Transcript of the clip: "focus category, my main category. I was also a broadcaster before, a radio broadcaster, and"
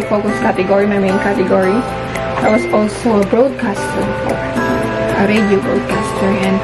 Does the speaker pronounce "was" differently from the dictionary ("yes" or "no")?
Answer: yes